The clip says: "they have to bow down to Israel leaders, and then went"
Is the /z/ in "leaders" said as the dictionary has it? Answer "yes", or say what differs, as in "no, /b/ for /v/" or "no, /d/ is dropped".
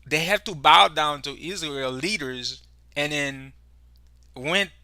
yes